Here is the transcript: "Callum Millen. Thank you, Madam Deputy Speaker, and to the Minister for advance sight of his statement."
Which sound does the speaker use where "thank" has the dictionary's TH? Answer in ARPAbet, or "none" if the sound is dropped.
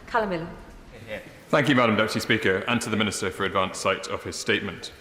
TH